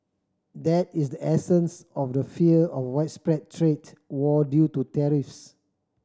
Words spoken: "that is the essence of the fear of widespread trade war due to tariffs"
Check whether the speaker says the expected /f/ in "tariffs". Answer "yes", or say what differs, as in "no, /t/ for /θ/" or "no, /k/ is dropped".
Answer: yes